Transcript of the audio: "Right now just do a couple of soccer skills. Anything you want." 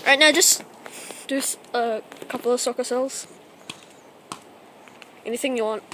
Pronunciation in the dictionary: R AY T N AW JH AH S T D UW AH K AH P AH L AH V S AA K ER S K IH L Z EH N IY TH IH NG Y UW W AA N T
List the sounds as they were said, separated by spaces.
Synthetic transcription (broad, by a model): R AY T N AW JH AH S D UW AH K AH P AH L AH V S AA K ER S EH L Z EH N IY TH IH NG Y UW W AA N T